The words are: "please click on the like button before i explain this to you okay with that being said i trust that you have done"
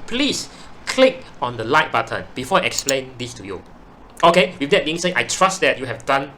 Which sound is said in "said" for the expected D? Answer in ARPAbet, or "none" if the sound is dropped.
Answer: none